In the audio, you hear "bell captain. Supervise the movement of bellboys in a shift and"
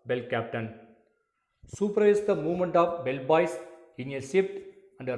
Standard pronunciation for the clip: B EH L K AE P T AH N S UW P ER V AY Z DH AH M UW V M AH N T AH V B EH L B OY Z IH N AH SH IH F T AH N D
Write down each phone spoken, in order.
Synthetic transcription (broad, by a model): B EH L K AE P T AH N S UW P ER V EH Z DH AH M UW V M AH N T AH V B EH L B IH S IH N AH S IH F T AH N D